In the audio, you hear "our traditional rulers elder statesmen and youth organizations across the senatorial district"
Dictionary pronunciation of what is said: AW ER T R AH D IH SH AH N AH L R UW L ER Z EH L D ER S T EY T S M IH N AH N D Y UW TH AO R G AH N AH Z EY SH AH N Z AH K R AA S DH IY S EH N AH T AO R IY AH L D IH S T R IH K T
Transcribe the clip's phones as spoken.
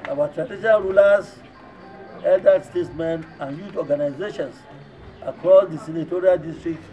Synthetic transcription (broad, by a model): AW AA T R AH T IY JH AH AH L R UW L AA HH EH L D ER S T EY T S M IH N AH N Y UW T AO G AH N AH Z EY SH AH N S AH K R AA S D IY S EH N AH T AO R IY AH L D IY S T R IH K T